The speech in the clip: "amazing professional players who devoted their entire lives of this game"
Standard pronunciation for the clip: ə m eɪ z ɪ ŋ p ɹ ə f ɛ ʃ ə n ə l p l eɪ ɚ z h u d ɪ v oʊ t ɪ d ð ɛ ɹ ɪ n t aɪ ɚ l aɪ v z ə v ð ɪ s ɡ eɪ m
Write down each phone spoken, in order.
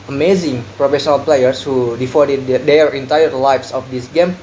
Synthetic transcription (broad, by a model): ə m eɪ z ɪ ŋ p ɹ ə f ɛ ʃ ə n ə l p l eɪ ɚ s h u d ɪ f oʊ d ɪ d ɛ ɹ ɪ n t aɪ ɚ l aɪ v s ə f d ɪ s ɡ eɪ m